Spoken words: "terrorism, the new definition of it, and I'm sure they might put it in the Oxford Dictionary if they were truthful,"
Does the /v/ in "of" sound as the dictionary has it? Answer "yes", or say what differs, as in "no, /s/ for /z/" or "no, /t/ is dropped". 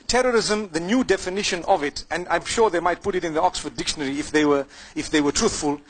yes